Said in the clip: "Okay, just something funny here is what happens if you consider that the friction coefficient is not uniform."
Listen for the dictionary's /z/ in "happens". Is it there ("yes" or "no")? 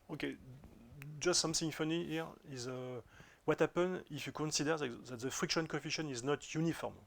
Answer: no